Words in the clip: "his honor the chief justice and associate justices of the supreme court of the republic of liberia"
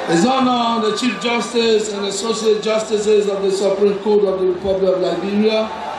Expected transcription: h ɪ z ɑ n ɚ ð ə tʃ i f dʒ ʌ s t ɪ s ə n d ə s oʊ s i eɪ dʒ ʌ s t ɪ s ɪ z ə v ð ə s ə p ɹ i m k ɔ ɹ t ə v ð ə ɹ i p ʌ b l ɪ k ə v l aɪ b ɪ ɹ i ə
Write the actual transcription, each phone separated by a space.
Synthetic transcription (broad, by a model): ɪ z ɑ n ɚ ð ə tʃ i f dʒ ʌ s t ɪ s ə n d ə s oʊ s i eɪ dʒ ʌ s t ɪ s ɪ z ə v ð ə s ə p ɹ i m k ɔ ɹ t ə v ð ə ɹ i p ʌ b l ɪ k ə v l aɪ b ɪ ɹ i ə